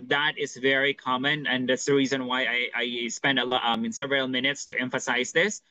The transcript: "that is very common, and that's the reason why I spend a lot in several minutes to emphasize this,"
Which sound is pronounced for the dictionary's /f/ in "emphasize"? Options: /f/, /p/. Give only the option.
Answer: /f/